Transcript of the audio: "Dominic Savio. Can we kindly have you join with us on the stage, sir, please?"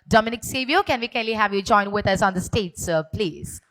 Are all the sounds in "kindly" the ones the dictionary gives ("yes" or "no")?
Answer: no